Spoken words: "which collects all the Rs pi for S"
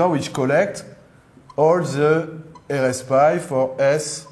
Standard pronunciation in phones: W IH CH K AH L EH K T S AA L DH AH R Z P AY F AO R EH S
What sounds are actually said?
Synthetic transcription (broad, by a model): W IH CH K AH L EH K T AA L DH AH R S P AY F AO R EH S